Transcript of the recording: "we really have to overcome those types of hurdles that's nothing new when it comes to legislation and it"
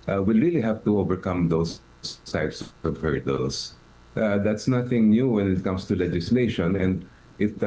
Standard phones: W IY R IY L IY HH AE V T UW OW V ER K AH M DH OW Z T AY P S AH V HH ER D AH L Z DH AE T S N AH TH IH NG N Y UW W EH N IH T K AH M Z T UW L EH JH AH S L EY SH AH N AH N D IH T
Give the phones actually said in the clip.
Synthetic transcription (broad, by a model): W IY R IY L IY HH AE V T UW OW V ER K AH M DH OW S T AY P S AH V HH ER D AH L S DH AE T S N AH TH IH NG N Y UW W EH N IH T K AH M S T UW L EH JH AH S L EY SH AH N AH N D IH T